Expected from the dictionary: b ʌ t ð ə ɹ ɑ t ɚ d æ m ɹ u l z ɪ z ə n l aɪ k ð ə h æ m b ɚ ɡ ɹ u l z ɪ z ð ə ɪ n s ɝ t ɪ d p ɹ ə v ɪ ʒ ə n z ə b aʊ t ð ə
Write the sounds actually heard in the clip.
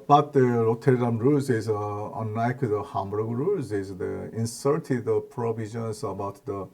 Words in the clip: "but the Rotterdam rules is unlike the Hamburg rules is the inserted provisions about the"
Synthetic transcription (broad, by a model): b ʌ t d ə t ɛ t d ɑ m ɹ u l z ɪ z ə n aɪ k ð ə h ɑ m b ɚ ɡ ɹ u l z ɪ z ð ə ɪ n s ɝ t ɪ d p ɹ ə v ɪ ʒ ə n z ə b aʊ t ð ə